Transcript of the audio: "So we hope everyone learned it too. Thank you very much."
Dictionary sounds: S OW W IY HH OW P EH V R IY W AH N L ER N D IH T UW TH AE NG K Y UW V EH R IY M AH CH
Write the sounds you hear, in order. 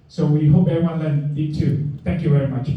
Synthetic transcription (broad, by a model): S OW W IY HH OW P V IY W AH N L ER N IH T UW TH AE NG K Y UW V EH R IY M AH CH